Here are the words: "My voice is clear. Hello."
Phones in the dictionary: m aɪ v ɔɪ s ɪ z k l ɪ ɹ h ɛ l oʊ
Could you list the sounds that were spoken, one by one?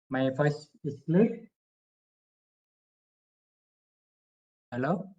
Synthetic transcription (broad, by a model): m aɪ f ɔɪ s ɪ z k l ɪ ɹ h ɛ l oʊ